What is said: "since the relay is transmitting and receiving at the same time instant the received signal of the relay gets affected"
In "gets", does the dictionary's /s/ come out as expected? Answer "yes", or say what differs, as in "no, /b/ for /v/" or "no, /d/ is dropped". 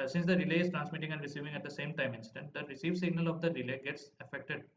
yes